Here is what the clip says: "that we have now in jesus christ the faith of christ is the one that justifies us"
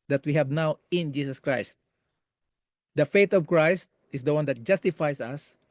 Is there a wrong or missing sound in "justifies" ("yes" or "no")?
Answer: yes